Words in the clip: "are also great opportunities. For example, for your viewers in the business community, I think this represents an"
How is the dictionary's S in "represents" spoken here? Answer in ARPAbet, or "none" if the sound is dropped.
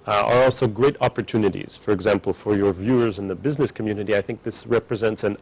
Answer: S